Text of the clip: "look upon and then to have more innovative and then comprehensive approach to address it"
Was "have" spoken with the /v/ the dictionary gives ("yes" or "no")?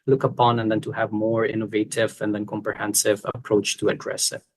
yes